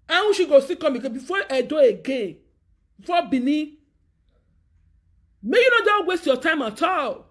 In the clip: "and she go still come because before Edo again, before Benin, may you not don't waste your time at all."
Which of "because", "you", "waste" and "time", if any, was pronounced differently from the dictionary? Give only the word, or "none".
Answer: because